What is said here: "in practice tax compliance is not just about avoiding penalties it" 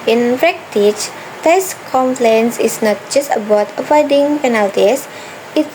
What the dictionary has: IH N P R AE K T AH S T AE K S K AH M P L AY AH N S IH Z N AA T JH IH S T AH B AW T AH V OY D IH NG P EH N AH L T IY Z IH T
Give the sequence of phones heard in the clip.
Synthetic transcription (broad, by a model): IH N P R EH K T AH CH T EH S K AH M P L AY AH N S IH S N AA T JH IH S T AH B AW T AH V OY D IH NG P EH N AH L T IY S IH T